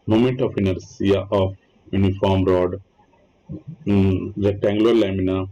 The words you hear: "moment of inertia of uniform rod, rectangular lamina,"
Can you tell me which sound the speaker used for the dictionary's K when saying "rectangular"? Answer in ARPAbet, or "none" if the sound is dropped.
none